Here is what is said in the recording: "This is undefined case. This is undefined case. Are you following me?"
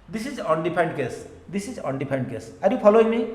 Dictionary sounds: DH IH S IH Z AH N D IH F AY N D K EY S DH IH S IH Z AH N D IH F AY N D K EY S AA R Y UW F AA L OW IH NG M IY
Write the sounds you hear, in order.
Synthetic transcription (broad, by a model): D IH S IH Z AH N D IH P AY N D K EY S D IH S IH Z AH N D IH P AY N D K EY S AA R Y UW P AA L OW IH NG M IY